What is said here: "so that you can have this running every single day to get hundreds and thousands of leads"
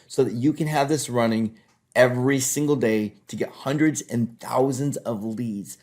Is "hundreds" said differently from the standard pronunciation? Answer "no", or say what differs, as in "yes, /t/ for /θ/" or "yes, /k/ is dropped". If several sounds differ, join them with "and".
no